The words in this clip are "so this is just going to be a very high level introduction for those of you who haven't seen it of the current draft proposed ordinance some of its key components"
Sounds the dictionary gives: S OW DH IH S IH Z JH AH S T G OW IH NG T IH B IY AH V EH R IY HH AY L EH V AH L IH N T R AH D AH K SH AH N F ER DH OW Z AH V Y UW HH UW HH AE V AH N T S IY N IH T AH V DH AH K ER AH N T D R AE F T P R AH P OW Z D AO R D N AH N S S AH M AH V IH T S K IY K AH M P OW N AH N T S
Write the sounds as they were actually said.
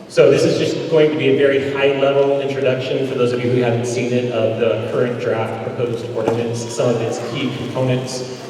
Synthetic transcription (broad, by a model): S OW DH IH S IH Z JH AH S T G OW IH NG T IH B IY AH V EH R IY HH AY L EH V L IH N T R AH D AH K SH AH N F ER DH OW Z AH V Y UW HH UW HH AE V AH N T S IY N IH T AH V DH AH K ER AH N D R AE F T P R AH P OW Z D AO R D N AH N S S AH M AH V IH T S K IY K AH M P OW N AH N T S